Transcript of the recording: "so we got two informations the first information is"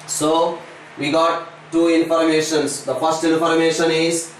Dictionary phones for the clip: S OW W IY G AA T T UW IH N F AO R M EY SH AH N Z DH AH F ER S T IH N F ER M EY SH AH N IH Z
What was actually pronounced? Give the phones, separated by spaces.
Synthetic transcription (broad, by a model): S OW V IY G AA T T UW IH N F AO R M EY SH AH N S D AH F ER S T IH N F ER M EY SH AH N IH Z